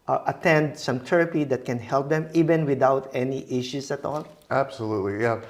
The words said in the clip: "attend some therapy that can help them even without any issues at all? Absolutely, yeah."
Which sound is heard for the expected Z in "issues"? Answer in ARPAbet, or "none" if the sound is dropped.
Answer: S